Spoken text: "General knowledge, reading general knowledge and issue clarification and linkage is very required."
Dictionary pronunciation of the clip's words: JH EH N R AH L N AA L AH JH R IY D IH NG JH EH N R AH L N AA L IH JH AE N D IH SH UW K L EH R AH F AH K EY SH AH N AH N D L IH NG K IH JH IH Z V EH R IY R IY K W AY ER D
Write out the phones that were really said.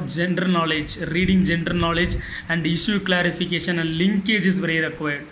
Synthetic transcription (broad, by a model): JH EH N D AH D N AA L AH JH R IY D IH NG JH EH N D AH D N AA L IH JH AE N D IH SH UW K L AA R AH F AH K EY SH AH N AH N D L IH NG K IH JH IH S V EH R IY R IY K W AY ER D